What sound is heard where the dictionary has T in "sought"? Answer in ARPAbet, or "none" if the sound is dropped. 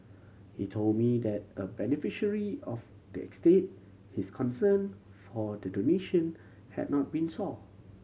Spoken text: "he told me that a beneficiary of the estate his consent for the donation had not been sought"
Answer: none